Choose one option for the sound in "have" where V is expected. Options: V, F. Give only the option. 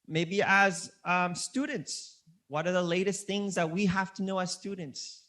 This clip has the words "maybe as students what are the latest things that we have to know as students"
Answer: F